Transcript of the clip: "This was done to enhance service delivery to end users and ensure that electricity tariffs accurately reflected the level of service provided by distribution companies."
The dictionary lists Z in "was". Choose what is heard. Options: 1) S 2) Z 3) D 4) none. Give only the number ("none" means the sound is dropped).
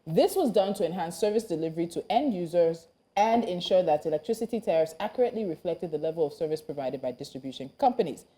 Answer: 2